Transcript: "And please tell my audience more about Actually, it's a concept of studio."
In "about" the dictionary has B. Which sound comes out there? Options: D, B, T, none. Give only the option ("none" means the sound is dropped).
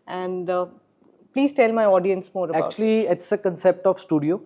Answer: none